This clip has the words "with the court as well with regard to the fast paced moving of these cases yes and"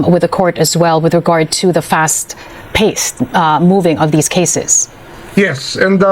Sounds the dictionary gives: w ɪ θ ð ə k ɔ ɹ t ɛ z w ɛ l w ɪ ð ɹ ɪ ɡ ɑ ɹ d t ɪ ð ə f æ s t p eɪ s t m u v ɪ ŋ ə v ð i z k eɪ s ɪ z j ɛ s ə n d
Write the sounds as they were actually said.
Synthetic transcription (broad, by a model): w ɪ ð ə k ɔ ɹ t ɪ z w ɛ l w ɪ ð ɹ ɪ ɡ ɑ ɹ d t ɪ ð ə f æ s t p eɪ s t m u v ɪ ŋ ə v ð i z k eɪ s ɪ z j ɛ s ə n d